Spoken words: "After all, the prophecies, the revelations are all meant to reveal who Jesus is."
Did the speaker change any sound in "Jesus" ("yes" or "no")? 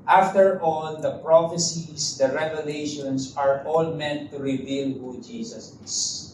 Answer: yes